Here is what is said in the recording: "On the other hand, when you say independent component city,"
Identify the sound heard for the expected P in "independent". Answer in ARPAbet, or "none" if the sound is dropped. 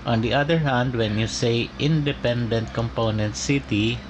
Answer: P